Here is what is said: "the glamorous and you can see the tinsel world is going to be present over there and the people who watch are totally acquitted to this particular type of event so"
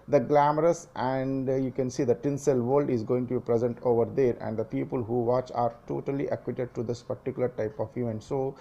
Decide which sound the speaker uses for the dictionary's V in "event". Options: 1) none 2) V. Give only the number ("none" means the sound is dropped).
1